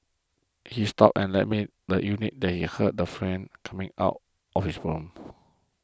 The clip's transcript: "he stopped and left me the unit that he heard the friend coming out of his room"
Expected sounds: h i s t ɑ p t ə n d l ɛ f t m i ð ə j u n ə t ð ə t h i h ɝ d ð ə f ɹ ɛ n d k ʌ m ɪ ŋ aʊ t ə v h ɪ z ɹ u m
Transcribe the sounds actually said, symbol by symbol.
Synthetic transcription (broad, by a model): h i s t ɑ p ə n l ɛ t m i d ə j u n ə t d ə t h i h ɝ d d ə f ɹ ɛ n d k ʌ m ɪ ŋ aʊ t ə f h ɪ s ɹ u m